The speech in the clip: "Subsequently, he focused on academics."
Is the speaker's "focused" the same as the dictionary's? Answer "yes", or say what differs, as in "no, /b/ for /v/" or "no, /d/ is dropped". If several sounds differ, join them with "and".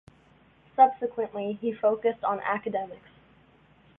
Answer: yes